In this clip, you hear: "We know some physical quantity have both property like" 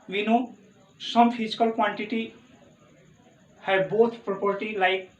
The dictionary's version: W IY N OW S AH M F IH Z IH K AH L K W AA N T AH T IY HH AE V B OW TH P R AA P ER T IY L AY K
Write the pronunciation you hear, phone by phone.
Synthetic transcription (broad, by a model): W IY N OW S AH M P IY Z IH K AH L K W AA N T AH T IY HH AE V B OW T P R AA P ER T IY L AY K